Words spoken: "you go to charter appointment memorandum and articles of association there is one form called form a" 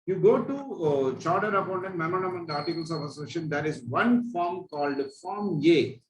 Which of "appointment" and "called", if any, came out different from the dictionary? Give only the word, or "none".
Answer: appointment